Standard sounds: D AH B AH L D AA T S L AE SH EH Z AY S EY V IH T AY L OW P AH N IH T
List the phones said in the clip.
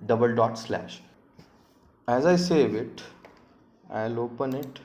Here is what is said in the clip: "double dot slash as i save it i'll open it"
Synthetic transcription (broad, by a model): D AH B AH L D AA T S L AE SH EH Z AY S EY V IH T AY L OW P AH N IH T